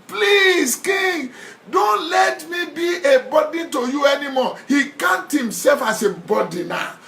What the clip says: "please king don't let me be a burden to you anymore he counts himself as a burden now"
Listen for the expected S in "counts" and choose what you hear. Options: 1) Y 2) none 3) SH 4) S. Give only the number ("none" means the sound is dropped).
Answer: 2